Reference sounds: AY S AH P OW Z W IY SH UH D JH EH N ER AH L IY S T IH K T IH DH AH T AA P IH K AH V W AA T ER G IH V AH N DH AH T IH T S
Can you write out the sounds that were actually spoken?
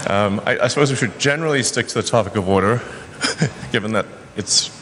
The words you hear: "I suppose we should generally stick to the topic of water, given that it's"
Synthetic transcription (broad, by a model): AY S AH P OW Z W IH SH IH D JH EH N ER L IY S T IH K T IH DH AH T AA P IH K AH V W AA T ER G IH V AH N DH AH T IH T S